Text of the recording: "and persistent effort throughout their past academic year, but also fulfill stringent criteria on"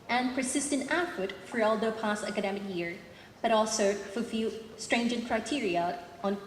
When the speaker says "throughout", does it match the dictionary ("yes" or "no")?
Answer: no